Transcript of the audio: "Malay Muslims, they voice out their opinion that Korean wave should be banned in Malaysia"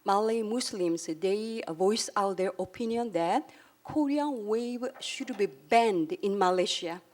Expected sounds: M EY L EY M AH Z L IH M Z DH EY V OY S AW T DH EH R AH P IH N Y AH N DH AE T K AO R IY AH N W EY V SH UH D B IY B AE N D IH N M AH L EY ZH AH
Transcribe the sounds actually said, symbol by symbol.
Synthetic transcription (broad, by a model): M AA L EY M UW S L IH M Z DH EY V OY S AW T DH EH R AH P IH N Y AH N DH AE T K AO R IY AH N W EY V SH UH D B IY B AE N D IH N M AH L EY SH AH